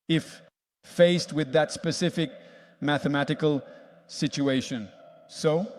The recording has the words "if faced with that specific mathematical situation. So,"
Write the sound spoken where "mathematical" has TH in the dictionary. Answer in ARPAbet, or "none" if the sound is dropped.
TH